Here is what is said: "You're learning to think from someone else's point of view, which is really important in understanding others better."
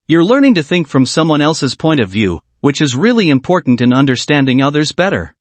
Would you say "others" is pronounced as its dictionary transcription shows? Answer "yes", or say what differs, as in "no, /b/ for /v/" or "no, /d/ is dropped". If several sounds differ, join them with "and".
yes